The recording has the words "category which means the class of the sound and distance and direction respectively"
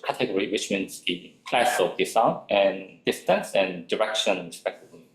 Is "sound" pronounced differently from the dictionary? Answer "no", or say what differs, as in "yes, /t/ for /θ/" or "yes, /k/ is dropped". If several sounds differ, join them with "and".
yes, /d/ is dropped